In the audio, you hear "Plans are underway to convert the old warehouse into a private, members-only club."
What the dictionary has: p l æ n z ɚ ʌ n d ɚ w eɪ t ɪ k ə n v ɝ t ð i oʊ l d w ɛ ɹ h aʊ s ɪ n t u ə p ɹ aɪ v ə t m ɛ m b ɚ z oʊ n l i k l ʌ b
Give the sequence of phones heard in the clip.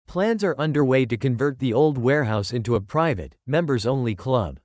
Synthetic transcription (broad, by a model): p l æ n z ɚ ʌ n d ɚ w eɪ t ɪ k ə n v ɝ t ð i oʊ l d w ɛ ɹ h aʊ s ɪ n t u ə p ɹ aɪ v ə t m ɛ m b ɚ z oʊ n l i k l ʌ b